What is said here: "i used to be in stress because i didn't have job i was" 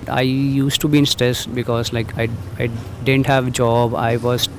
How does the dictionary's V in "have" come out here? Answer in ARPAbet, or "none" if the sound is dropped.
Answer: V